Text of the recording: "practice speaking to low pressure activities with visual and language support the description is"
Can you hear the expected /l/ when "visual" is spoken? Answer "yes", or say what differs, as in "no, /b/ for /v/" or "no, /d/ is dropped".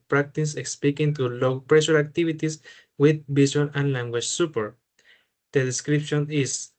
no, /n/ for /l/